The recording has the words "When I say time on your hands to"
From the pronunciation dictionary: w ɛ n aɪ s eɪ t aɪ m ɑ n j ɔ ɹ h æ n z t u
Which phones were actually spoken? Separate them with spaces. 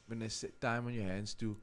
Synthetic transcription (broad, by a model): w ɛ n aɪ s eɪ t aɪ m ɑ n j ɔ h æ n s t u